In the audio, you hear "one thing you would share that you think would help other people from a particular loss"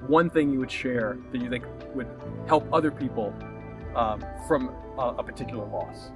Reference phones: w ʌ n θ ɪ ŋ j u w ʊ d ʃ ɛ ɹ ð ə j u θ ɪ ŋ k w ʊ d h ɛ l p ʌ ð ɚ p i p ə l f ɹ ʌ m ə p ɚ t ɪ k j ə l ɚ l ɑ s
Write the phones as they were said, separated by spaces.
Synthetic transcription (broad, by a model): w ʌ n θ ɪ ŋ j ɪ w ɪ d ʃ ɛ ɹ ð ə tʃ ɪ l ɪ k w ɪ d h ɛ l p ʌ ð ɚ p i p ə f ɹ ʌ m ə p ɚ t ɪ k j l ɚ l ɑ s